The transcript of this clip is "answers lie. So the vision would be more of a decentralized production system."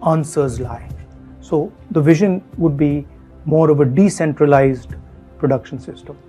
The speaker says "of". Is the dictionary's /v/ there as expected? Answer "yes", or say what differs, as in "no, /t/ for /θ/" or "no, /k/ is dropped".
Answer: yes